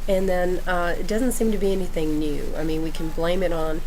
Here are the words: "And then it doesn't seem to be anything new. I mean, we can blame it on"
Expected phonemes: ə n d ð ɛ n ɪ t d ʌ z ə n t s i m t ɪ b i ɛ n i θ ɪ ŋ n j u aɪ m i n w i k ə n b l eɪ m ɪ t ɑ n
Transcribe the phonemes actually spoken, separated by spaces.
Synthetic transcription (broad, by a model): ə n ð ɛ n ɪ t d ʌ z ə n t s i m t ɪ b i ɛ n i θ ɪ ŋ n j u aɪ m i n w i k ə n b l eɪ m ɪ t n